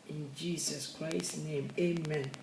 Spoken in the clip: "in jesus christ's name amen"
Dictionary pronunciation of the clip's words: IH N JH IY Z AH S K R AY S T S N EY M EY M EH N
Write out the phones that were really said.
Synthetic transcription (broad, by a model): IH N JH IY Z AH S K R AY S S N EY M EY M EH N